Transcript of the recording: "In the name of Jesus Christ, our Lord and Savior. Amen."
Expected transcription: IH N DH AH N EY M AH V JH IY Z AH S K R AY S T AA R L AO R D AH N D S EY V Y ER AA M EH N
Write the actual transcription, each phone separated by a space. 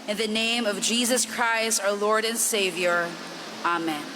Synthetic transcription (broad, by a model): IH N DH AH N EY M AH V JH IY Z AH S K R AY S T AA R L AO R D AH N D S EY V Y ER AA M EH N